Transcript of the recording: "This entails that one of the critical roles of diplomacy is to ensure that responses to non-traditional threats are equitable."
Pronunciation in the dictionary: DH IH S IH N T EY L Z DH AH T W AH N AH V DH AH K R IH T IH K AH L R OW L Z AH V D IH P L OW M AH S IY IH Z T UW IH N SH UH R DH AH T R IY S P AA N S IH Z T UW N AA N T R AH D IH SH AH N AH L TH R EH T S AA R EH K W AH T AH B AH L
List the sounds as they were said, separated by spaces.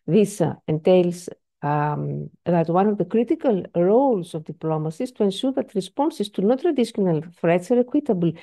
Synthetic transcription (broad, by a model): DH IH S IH N T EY L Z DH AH T W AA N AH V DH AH K R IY T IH K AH L R OW L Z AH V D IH P L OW M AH S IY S T UW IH N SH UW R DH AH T R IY S P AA N S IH S T UW N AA T R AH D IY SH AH N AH L F R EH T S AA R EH K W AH T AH B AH L